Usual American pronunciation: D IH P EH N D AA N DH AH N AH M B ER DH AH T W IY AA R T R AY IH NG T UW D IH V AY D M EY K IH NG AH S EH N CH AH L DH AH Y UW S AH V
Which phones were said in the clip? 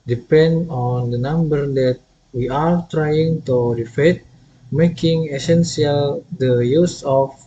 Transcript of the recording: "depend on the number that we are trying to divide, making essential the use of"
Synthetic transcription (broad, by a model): D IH P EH N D AA N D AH N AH M B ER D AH T W IY AA R T R AY IH NG T UW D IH F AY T M EY K IH NG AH S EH N S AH L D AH Y UW S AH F